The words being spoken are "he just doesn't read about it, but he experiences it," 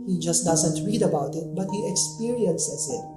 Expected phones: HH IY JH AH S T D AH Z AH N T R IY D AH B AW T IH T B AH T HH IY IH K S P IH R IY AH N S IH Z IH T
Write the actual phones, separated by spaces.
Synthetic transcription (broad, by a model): HH IY JH AH S T D AH Z AH N T R IY D AH B AW T IH T B AH T HH IY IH K S P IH R IY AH N S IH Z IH T